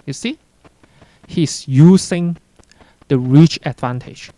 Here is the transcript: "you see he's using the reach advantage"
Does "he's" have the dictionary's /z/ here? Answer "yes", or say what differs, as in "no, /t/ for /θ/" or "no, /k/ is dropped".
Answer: no, /s/ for /z/